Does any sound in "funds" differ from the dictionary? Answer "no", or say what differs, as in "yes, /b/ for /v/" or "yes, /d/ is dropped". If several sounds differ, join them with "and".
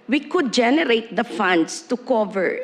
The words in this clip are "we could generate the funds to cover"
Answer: yes, /s/ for /z/